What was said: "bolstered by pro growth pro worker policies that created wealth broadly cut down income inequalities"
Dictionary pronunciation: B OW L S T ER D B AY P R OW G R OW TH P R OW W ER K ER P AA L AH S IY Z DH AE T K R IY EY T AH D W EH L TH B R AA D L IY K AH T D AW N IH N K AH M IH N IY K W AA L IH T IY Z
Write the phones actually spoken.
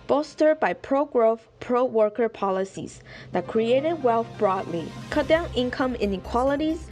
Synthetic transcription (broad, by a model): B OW S T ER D B AY P R OW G R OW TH P R OW W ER K ER P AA L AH S IY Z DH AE T K R IY EY T AH D W EH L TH B R AA D L IY K AH T D AW N IH N K AH M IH N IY K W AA L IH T IY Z